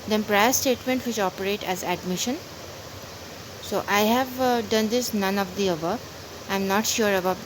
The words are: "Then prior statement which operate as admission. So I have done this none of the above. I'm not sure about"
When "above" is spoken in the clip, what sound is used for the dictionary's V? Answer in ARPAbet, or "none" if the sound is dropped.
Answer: none